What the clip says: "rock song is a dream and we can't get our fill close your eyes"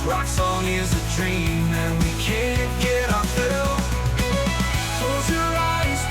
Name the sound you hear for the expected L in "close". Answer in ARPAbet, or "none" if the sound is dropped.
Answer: none